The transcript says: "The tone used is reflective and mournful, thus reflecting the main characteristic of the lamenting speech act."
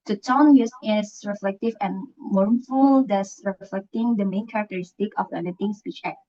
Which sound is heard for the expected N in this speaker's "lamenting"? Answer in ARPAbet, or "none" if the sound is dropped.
none